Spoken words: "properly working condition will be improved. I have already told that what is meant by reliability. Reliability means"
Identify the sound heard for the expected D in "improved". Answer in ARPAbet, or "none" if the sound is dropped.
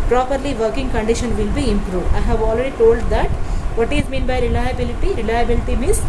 none